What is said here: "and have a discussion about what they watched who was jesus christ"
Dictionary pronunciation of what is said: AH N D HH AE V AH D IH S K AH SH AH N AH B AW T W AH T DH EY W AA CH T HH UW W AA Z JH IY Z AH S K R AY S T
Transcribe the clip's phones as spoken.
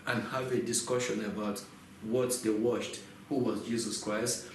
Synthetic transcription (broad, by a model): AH N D HH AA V AH D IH S K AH SH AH N AH B AW T W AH T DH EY W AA SH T HH UW W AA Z JH IY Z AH S K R AY S T